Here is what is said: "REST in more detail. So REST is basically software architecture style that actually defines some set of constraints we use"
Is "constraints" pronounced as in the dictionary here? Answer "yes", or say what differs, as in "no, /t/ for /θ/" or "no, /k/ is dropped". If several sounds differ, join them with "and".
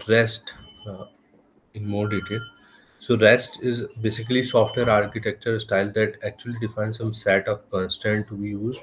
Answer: no, /ɹ/ is dropped